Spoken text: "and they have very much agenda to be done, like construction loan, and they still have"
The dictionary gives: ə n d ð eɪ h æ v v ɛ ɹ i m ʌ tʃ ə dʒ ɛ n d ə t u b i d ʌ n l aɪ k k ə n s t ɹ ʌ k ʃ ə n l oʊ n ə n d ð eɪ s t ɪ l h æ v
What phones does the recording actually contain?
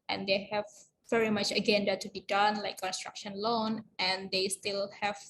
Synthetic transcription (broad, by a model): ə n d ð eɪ h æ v v ɛ ɹ i m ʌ tʃ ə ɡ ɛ n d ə t u b i d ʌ n l aɪ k k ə n s t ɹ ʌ k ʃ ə n l oʊ n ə n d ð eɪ s t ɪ l h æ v